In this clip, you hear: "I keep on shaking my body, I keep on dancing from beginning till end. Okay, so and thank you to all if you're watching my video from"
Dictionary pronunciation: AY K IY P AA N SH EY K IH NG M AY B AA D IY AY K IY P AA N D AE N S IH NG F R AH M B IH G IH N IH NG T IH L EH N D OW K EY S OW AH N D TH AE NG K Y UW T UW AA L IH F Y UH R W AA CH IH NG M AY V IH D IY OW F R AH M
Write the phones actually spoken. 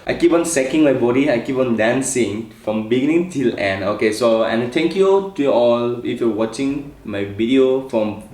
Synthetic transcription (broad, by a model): AY K IY P AA N S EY K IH NG M AY B AA D IY AY K IY P AA N D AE N S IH NG F R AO M B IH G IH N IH NG T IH L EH N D OW K EY S OW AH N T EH NG K Y UW T UW AA L IH F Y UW W AA CH IH NG M AY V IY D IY OW F R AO M